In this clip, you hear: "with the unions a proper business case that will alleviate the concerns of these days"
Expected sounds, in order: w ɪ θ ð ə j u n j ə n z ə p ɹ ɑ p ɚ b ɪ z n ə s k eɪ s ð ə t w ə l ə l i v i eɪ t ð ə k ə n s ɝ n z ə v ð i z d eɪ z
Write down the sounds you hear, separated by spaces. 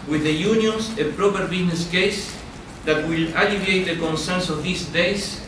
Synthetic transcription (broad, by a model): w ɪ ð ə j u n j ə n s ə p ɹ ɑ p ɚ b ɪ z n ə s k eɪ s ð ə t w ə l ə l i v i eɪ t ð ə k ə n s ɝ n s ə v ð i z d eɪ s